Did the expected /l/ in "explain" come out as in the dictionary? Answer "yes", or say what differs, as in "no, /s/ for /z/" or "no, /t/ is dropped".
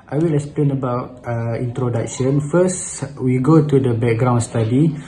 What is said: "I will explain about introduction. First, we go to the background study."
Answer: yes